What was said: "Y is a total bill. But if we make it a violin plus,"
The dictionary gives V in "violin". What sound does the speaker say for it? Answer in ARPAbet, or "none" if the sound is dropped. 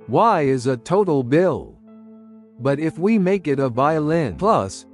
V